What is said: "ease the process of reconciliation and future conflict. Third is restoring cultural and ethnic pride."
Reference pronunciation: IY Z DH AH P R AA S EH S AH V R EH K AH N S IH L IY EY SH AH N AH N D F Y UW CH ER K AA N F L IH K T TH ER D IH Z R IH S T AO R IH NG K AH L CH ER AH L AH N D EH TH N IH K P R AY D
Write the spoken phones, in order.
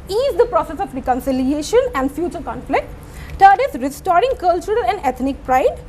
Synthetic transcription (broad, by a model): IY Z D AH P R AA S EH S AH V R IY K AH N S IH L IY EY SH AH N AH N D F Y UW CH ER K AA N F L IH K T T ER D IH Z R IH S T AO R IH NG K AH L CH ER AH L AH N D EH T N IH K P R AY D